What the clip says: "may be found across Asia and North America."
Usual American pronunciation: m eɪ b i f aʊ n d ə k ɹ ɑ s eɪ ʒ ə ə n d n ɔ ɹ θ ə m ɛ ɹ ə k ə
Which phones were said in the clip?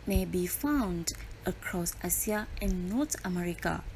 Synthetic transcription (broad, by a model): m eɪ b i f aʊ n d ə k ɹ ɑ s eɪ s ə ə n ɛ n ɔ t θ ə m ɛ ɹ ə k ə